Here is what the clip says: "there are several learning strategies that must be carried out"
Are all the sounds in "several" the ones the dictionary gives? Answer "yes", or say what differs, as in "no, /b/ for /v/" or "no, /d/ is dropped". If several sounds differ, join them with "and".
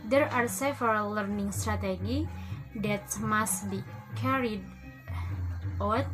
no, /ɹ/ is dropped